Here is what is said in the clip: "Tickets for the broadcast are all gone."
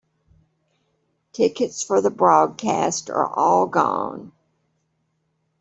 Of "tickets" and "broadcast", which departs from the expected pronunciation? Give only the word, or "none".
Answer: none